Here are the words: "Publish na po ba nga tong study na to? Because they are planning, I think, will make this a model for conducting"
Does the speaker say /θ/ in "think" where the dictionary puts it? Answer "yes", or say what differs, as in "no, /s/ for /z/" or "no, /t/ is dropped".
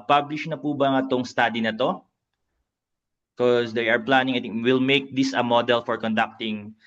no, /t/ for /θ/